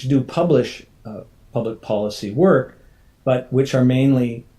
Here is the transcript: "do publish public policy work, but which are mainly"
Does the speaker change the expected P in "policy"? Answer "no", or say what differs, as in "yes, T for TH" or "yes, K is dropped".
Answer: no